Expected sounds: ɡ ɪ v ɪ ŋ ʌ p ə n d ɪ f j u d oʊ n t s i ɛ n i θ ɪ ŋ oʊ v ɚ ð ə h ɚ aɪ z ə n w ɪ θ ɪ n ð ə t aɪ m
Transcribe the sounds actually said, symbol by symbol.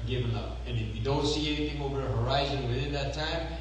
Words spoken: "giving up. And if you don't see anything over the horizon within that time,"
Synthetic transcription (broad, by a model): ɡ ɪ v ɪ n ʌ p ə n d ɪ f j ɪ d oʊ n t s i ɛ n i θ ɪ ŋ oʊ v ɚ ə h ɚ aɪ z ə n w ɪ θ ɪ n ð ə t aɪ m